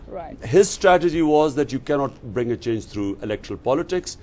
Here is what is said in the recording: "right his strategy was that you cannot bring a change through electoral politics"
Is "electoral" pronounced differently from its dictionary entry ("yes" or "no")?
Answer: no